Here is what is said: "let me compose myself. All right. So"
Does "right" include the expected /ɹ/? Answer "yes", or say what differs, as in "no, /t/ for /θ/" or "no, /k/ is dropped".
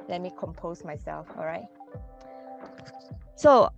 yes